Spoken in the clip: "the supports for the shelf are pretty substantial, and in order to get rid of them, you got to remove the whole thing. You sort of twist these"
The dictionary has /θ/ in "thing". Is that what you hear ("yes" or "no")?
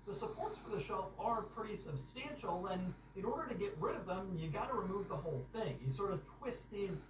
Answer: yes